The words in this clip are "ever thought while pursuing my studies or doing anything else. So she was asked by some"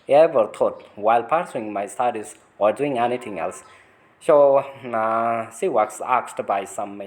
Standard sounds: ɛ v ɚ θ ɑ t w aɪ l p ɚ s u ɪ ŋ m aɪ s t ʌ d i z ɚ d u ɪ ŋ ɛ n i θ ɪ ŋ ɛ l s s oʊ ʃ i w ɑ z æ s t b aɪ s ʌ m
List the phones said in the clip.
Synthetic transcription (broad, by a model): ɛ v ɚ t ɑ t w aɪ l p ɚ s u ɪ ŋ m aɪ s t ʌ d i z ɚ d u ɪ ŋ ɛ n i t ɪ ŋ ɛ l s s oʊ s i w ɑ s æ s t b aɪ s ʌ m